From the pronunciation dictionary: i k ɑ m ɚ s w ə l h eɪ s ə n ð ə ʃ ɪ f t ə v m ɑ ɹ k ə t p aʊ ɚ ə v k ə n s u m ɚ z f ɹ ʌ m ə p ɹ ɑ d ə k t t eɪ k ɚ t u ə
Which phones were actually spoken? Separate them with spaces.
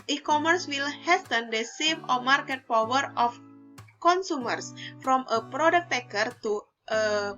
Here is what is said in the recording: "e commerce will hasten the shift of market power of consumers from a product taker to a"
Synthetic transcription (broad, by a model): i k ɑ m ɚ s w ə l h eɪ s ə n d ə s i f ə m ɑ ɹ k ə t p aʊ ɚ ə f k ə n s u m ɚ s f ɹ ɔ m ə p ɹ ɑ d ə k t t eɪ k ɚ t u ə